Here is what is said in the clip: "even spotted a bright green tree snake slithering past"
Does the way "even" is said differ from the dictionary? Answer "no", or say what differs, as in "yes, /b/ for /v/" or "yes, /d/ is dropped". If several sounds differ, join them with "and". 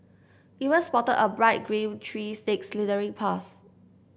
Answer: yes, /w/ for /v/